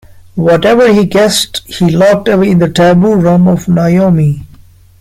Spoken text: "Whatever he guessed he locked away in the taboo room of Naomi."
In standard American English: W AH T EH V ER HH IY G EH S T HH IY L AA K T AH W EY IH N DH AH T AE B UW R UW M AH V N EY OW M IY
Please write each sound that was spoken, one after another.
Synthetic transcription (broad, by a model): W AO T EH V ER HH IY G EH S T HH IY L AA K T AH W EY IH N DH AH T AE B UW R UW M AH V N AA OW M IY